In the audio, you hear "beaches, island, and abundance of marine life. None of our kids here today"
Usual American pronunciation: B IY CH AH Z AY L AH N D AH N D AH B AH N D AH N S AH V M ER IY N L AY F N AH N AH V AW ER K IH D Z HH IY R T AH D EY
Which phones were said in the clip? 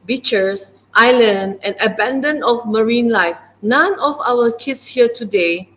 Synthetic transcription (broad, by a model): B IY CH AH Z AY L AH N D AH N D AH B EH N D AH N AH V M ER IY N L AY F N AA N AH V AW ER K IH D S HH IY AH T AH D EY